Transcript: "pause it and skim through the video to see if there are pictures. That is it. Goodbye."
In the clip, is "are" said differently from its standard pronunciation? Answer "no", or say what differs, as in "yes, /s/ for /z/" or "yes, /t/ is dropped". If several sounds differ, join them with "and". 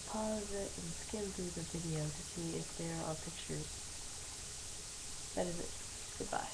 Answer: yes, /l/ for /ɹ/